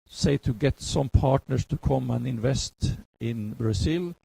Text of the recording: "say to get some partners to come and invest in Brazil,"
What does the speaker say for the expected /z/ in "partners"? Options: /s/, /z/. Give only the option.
/s/